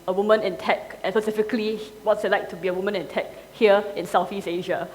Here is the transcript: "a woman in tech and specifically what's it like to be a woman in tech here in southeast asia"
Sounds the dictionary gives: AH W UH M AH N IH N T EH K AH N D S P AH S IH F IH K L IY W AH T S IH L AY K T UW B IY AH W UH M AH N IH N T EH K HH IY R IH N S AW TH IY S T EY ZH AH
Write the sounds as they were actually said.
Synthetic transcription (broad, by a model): AH W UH M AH N IH N T EH K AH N S P AH S IH F IH K L IY W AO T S IH L AY K T UW B IY AH W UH M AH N IH N T EH K HH IY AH IH N S AW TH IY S EY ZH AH